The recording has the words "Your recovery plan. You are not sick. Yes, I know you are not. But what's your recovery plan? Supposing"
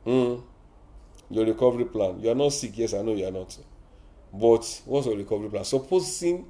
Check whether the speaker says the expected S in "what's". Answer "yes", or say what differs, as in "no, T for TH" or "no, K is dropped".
no, S is dropped